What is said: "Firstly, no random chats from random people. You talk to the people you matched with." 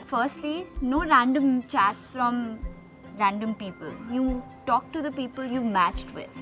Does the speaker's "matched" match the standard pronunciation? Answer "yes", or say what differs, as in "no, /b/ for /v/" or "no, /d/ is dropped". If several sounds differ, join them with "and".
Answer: yes